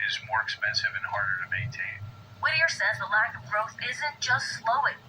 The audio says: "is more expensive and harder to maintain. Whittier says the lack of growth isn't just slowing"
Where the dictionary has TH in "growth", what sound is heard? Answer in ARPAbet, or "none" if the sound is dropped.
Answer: TH